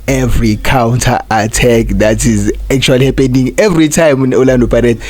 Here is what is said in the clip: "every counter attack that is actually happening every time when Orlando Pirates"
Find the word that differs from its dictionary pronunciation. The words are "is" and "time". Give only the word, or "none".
none